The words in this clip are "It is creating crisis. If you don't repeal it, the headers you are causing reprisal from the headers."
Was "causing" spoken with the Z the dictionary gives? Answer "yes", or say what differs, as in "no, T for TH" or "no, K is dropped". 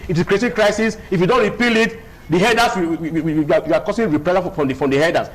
no, S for Z